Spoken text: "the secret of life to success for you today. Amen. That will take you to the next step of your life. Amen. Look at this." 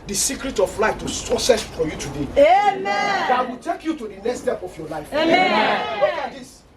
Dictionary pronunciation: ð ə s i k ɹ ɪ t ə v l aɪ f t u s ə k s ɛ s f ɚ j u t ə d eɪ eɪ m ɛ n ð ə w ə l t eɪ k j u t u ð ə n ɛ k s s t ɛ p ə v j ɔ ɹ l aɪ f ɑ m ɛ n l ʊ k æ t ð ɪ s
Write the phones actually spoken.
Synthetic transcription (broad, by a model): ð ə s i k ɹ ɪ t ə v l aɪ f t u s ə s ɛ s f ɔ j u t ə d eɪ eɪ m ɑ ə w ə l t eɪ k j u t u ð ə n ɛ k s s t ɛ p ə f j ɔ l aɪ f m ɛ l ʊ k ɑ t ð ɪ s